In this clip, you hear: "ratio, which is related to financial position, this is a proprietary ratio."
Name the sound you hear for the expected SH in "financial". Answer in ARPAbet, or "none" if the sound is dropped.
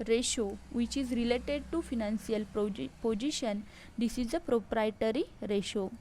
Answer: S